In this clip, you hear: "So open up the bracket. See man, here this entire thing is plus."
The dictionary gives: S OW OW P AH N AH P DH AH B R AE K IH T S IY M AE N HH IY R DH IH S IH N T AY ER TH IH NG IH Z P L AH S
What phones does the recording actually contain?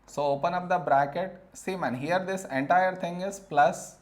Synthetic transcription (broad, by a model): S OW OW P AH N AH P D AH B R AE K IH T S IY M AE N HH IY R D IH S IH N T AY ER T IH NG IH Z P L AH S